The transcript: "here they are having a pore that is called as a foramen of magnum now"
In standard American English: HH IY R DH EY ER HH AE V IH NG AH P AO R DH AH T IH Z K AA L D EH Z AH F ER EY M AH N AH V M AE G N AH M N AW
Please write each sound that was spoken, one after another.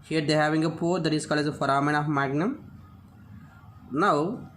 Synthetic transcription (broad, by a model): HH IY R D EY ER HH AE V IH NG AH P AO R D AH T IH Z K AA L EH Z AH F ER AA M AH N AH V M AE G N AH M N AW